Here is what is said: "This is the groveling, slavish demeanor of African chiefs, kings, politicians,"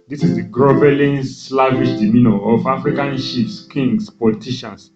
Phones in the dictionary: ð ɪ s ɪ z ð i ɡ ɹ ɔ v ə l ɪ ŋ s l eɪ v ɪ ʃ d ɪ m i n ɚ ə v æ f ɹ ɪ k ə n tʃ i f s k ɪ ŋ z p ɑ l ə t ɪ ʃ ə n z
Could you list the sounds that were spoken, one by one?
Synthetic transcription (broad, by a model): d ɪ s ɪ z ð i ɡ ɹ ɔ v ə l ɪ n s l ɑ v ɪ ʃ d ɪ m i n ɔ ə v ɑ f ɹ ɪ k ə n ʃ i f s k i ŋ s p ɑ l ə t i ʃ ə n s